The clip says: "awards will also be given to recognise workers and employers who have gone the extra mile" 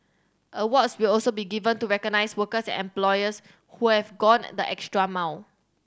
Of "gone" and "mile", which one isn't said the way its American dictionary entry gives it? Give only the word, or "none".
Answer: mile